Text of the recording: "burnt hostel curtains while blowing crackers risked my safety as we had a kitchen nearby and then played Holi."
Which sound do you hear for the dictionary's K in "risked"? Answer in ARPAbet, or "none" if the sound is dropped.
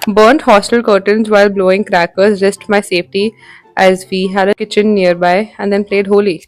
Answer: none